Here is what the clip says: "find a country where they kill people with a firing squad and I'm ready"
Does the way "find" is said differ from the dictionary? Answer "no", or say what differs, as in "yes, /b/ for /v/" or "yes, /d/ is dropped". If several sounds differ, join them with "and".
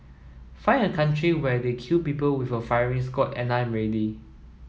yes, /d/ is dropped